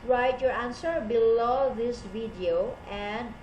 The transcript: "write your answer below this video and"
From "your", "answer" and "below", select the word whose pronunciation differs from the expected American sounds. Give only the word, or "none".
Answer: none